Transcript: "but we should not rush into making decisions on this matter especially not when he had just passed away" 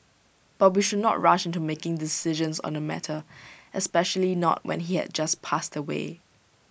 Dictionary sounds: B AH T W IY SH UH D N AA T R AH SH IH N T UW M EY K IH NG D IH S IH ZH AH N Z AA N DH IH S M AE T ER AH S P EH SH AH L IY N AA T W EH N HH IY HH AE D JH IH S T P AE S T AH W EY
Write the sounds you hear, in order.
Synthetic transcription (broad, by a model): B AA T W IY SH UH D N AA T R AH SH IH N T UW M EY K IH NG D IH S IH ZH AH N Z AA N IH M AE T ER AH S P EH SH AH L IY N AA T W EH N HH IY HH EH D JH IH S P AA S T AH W EY